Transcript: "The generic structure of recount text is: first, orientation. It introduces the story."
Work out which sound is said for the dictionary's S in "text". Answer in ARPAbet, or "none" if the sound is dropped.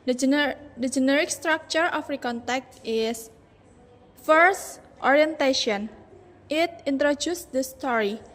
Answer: none